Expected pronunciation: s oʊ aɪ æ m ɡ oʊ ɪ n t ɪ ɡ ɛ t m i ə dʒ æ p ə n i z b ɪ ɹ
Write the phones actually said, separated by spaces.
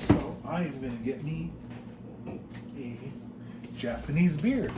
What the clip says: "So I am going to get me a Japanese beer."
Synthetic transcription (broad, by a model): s oʊ aɪ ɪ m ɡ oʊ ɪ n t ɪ ɡ ɛ t m i ə dʒ æ p ə n i z b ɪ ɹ